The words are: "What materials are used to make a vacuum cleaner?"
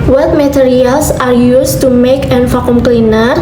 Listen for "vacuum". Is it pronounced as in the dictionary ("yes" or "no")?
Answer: no